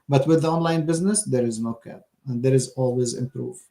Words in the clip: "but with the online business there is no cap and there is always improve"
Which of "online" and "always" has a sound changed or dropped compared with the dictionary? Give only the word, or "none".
none